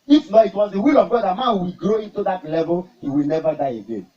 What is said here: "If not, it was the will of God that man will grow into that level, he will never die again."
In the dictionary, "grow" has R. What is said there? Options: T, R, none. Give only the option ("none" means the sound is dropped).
R